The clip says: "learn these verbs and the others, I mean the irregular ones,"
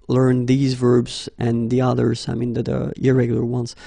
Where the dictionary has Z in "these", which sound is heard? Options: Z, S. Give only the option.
Z